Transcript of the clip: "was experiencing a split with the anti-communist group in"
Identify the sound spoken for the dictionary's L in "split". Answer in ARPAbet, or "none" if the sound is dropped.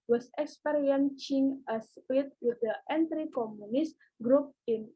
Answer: none